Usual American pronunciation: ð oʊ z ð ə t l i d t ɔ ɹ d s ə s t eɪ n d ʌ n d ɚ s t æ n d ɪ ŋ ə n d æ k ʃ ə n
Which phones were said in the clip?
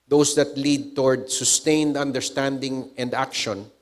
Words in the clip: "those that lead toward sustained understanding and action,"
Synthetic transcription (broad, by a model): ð oʊ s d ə t l i d t ɔ ɹ d s ə s t eɪ n d ʌ n d ɚ s t æ n d ɪ ŋ ə n d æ k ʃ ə n